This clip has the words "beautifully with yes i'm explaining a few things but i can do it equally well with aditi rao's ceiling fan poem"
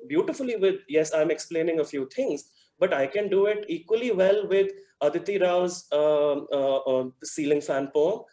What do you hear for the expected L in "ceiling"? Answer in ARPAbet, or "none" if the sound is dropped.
L